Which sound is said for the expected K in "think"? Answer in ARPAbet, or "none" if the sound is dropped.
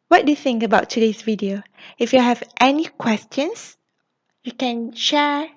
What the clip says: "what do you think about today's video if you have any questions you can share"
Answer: K